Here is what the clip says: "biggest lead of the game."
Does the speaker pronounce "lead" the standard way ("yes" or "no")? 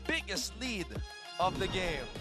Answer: yes